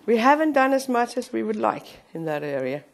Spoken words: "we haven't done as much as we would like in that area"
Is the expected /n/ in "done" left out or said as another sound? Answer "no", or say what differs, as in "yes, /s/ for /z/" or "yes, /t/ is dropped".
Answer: no